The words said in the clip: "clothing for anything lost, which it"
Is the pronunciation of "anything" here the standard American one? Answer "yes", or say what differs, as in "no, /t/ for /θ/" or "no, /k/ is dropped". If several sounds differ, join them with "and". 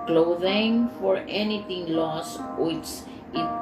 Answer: no, /t/ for /θ/